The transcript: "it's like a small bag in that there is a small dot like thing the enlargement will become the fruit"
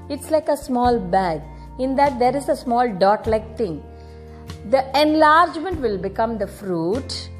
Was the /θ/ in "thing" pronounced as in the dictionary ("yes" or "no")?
no